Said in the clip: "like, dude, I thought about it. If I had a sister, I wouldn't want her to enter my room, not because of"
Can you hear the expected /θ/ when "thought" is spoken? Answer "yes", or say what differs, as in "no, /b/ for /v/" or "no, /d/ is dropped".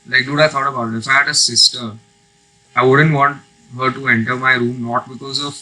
no, /f/ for /θ/